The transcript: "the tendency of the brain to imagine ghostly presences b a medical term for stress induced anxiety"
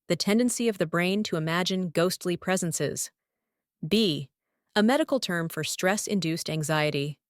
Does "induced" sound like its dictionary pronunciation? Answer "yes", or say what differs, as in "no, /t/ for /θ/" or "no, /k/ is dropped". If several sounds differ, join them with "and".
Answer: yes